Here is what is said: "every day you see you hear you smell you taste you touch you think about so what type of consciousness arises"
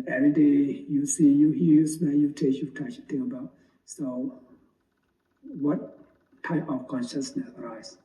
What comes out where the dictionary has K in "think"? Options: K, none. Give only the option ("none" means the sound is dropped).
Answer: none